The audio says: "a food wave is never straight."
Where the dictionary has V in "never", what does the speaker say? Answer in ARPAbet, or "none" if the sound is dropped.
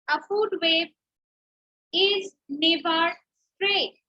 B